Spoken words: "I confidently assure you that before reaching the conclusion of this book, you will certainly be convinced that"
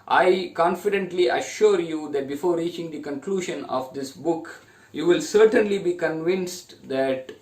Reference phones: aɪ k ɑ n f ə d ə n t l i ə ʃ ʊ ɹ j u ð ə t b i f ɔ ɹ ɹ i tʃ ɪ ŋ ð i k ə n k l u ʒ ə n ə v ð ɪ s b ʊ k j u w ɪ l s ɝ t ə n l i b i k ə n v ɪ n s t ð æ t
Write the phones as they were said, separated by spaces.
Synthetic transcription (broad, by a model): aɪ k ɑ n f ə d ə n t l i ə ʃ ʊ ɹ j u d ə t b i f ɔ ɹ ɹ i tʃ ɪ ŋ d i k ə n k l u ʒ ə n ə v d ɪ s b ʊ k j u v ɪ l s ɝ t ə n l i b i k ə n v ɪ n s t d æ t